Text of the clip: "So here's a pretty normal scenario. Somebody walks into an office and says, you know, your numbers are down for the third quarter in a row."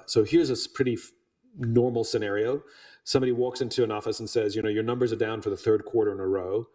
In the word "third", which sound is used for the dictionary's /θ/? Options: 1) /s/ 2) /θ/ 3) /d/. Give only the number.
2